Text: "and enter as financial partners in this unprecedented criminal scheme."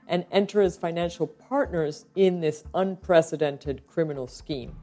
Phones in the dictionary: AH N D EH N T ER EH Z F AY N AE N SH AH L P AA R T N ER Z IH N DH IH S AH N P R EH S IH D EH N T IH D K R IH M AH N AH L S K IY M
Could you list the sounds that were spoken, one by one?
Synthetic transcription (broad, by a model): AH N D EH N T ER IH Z F AY N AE N SH L P AA R T N ER Z IH N DH IH S AH N P R EH S IH D EH N T IH D K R IH M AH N L S K IY M